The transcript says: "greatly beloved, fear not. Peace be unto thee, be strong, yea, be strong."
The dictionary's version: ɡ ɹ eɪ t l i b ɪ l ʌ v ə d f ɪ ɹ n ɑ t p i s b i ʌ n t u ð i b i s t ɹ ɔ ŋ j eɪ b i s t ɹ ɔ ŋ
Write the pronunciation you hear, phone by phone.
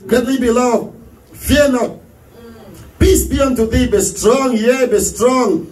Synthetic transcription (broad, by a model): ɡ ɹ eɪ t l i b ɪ l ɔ ə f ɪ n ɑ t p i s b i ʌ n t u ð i b i s t ɹ ɔ ŋ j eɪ b i s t ɹ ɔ ŋ